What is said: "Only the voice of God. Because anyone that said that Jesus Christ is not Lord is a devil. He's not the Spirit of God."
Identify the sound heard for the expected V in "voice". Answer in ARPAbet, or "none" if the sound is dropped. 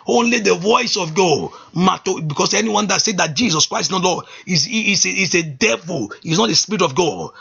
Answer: V